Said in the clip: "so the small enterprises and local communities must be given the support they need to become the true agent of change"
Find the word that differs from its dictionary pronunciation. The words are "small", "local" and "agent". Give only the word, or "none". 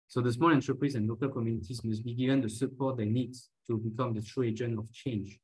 agent